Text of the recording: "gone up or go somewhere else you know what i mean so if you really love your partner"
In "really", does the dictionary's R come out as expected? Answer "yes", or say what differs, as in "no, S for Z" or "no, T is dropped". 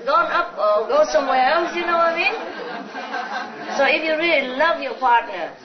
yes